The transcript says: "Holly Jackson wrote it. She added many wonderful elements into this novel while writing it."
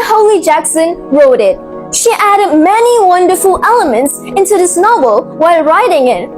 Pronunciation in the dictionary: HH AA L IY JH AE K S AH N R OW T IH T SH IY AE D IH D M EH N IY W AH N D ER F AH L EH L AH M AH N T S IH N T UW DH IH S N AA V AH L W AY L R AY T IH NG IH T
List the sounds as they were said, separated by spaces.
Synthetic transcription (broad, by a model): HH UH L IY JH AE K S AH N R OW T IH T SH IY AE D IH D M EH N IY W AH N D ER F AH L EH L AH M AH N T S IH N T UW DH IH S N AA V L W AY L R AY T IH NG IH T